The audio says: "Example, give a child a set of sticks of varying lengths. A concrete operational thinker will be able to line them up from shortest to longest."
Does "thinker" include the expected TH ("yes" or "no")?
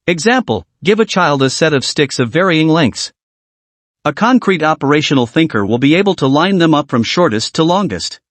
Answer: yes